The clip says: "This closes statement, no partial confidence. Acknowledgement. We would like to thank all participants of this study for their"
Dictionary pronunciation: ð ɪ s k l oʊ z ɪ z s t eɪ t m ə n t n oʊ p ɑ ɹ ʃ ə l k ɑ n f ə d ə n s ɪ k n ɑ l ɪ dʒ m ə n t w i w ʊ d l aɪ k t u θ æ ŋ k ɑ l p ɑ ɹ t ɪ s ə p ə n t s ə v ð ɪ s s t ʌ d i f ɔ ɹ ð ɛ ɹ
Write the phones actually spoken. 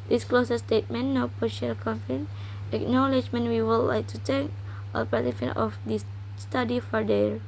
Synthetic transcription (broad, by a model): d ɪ s k l oʊ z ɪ s t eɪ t m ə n n oʊ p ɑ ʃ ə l k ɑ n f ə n ɪ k n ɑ l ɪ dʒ m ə n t w i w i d l aɪ k t u t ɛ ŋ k ɑ l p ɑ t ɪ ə f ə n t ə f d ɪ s s t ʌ d i f ɔ ɹ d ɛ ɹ